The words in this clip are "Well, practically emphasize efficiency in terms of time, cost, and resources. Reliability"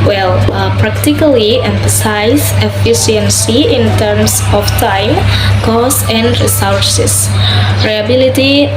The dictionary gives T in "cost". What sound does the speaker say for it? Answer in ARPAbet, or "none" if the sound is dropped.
none